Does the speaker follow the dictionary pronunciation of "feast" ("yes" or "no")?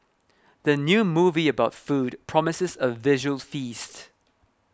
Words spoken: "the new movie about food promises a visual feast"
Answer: yes